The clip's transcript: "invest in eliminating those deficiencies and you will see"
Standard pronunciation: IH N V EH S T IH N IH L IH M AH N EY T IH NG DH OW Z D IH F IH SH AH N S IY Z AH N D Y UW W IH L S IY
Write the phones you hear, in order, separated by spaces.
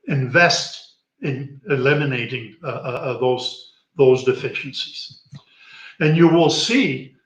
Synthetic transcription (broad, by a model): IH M V EH S T IH N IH L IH M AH N EY T IH NG DH OW Z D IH F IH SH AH S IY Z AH N Y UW W IH L S IY